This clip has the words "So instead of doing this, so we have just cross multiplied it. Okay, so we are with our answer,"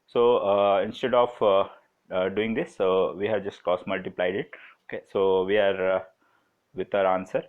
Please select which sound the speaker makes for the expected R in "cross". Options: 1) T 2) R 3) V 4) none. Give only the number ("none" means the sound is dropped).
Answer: 4